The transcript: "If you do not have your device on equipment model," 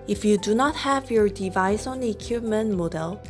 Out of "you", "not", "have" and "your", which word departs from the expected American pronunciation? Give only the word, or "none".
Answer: none